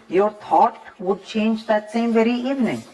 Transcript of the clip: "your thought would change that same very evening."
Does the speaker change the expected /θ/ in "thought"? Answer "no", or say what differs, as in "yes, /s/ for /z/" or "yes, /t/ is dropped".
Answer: yes, /t/ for /θ/